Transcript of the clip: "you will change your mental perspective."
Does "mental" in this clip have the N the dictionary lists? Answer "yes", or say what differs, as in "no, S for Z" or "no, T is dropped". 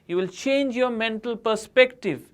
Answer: yes